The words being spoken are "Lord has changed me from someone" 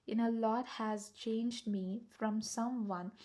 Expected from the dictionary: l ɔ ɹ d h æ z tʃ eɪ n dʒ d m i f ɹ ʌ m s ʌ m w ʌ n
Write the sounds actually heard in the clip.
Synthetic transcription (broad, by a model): l ɔ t h æ z tʃ eɪ n dʒ d m i f ɹ ʌ m s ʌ m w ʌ n